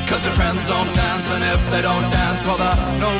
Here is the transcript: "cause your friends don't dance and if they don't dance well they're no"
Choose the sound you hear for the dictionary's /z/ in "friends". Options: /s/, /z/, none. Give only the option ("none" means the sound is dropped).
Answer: /z/